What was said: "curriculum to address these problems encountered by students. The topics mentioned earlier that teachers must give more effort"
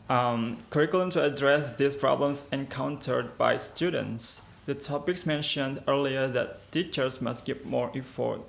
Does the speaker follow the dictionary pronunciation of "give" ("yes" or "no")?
no